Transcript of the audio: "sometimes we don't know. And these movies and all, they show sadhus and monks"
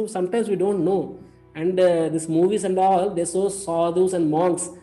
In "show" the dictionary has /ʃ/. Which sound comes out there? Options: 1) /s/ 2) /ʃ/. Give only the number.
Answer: 1